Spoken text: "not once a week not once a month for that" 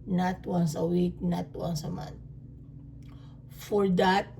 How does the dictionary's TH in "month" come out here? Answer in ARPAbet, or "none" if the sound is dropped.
T